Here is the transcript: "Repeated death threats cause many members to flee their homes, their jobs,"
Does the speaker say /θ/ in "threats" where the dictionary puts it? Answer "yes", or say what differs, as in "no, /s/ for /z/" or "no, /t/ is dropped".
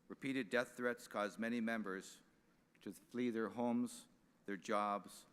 yes